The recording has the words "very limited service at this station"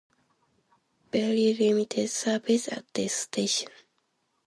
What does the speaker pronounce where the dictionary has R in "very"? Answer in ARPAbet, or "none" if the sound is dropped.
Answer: L